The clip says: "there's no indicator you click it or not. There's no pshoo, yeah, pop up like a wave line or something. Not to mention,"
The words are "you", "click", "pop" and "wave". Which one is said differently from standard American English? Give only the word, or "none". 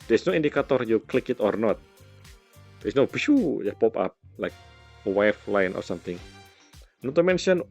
wave